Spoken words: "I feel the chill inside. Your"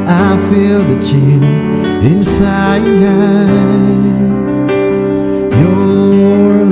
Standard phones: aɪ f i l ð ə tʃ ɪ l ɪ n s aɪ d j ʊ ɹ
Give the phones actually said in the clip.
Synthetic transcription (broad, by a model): aɪ f i l ð ə tʃ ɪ n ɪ n s aɪ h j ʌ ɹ